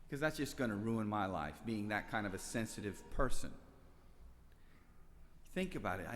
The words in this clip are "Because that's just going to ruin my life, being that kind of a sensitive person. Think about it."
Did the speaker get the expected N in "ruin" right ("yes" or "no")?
yes